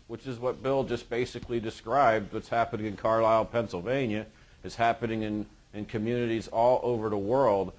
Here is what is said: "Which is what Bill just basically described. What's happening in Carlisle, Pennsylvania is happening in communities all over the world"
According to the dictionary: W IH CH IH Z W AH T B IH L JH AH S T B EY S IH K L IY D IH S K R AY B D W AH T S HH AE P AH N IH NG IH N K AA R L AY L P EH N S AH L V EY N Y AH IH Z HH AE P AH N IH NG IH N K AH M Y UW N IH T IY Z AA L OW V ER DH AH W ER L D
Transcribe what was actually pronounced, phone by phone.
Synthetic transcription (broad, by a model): W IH CH IH Z W AH T B IH L JH AH S B EY S IH K L IY D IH S K R AY B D W AH T S HH AE P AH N IH NG IH N K AA R L AY L P EH N S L V EY N Y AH IH Z HH AE P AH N IH NG IH N K AH M Y UW N IH T IY Z AA L OW V ER DH AH W ER L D